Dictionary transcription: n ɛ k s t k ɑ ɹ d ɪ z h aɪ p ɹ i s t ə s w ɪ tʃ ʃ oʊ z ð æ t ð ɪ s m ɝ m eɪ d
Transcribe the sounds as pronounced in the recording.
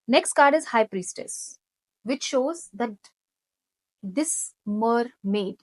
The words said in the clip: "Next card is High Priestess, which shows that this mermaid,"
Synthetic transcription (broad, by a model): n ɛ k s t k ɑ ɹ d ɪ z h aɪ p ɹ i s t ə s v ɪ tʃ ʃ oʊ z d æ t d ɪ s m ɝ m eɪ d